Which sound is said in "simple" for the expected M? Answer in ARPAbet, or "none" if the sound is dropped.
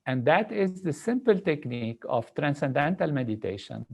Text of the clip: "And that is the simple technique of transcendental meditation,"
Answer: M